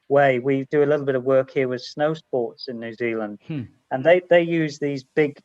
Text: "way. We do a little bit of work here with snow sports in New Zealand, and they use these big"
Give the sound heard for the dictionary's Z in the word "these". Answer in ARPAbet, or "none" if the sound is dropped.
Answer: Z